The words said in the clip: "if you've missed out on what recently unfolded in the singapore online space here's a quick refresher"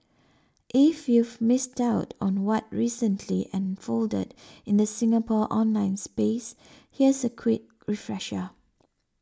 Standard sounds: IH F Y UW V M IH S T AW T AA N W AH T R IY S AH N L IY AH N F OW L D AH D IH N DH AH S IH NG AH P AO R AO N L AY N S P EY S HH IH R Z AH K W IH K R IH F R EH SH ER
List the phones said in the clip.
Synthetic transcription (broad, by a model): IH F Y UW V M IH S T AW T AA N W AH T R IY S AH N L IY AH N F OW L D AH D IH N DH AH S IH NG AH P AO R AO N L AY N S P EY S HH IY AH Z AH K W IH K R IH F R EH SH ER